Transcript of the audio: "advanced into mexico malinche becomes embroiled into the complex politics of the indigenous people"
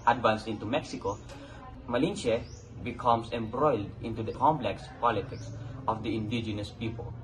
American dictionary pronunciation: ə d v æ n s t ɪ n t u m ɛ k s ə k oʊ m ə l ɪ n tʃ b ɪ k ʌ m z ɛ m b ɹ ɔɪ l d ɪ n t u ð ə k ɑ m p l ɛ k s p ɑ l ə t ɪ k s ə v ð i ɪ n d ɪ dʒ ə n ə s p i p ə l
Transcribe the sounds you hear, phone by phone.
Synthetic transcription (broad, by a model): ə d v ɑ n s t ɪ n t u m ɛ k s ə k oʊ m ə l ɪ n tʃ b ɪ k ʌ m s ɛ m b ɹ ɔɪ l d ɪ n t u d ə k ɑ m p l ɛ k s p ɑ l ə t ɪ k s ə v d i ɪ n d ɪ dʒ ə n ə s p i p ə l